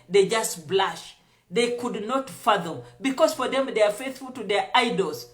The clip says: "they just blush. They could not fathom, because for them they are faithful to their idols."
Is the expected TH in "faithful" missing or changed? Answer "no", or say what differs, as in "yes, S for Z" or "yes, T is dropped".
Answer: no